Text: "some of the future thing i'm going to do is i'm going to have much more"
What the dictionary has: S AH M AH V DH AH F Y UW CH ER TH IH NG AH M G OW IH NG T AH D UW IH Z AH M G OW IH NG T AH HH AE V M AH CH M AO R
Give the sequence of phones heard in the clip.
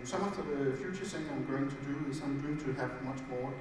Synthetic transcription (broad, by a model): S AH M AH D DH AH F Y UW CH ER S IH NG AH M G OW IH NG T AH D UW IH S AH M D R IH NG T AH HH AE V M AH CH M AO